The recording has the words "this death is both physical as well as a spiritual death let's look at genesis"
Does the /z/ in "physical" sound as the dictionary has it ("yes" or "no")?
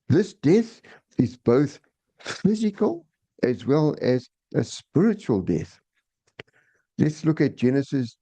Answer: yes